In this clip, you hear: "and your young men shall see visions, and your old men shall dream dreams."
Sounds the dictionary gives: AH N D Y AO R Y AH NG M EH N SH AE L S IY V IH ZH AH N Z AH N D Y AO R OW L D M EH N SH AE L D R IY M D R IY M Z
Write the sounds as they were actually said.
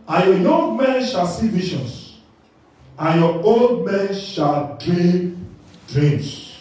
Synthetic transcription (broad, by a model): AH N Y AO Y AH NG M EH N SH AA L S IY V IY SH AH N S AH N Y AO OW L D M EH N SH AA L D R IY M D R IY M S